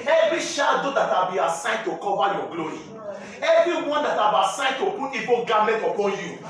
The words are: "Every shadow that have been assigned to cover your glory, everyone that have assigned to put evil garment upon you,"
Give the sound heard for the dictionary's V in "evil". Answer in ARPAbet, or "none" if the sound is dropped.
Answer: B